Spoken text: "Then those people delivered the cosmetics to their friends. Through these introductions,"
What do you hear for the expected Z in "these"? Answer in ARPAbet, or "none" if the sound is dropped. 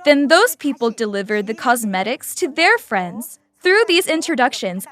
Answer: Z